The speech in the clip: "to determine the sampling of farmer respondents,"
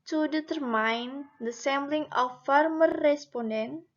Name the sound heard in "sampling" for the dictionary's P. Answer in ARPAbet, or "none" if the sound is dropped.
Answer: B